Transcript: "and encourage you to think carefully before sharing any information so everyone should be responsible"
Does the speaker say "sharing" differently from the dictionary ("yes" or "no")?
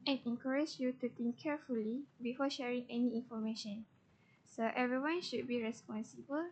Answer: no